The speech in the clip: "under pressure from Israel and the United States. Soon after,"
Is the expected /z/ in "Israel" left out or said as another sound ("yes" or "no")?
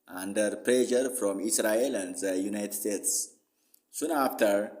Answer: yes